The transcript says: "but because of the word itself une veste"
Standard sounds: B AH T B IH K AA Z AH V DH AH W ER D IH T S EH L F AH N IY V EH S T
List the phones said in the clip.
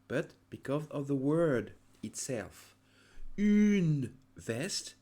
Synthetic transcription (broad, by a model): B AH T B IH K AA Z AH V DH AH W ER D IH T S EH L F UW N V EH S T